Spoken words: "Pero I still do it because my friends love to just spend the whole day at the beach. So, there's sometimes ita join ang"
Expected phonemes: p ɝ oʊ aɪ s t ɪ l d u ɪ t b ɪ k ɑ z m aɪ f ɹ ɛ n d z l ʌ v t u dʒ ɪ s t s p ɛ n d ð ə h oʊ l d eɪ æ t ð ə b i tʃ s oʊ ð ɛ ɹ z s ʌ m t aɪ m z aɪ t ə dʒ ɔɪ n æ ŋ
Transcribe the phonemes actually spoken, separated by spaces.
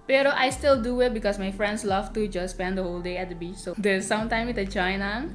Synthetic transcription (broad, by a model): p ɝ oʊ aɪ s t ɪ l d u ɪ t b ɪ k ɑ s m aɪ f ɹ ɛ n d s l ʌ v t u dʒ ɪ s s p ɛ n d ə h oʊ l d eɪ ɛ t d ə b i tʃ s oʊ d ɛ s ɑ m t aɪ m i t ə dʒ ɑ n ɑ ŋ